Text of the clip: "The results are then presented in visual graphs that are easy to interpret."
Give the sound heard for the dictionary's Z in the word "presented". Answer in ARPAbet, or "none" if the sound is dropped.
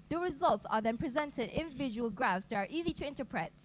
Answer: Z